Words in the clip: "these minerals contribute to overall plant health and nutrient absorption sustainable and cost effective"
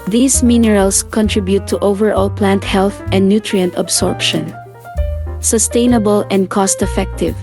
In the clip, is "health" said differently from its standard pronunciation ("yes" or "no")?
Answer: no